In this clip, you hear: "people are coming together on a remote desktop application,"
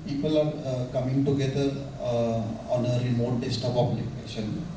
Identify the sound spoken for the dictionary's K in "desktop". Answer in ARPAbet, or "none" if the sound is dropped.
none